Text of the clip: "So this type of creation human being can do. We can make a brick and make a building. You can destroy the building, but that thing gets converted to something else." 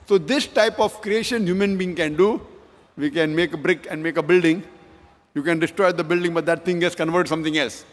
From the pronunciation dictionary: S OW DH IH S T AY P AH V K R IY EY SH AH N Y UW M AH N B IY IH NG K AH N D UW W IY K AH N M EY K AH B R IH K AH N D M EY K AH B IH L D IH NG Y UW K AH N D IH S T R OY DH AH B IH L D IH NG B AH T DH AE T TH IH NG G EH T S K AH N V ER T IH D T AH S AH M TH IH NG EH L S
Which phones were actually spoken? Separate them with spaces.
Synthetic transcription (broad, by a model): S OW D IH S T AY P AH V K R IY EY SH AH N Y UW M AH N B IY IH NG K AH N D UW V IY K AH N M EY K AH B R IH K AH N D M EY K AH B IH L D IH NG Y UW K AH N D IH S T R OY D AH B IH L D IH NG B AH T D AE T T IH NG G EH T S K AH N V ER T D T S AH M T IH NG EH L S